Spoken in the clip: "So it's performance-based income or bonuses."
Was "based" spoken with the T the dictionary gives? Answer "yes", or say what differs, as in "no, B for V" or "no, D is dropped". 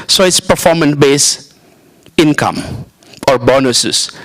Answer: no, T is dropped